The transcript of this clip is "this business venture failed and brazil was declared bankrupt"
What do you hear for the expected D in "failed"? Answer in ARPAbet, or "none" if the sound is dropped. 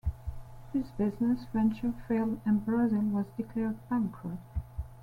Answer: none